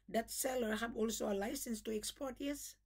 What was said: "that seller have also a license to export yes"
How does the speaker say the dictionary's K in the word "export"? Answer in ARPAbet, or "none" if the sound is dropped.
K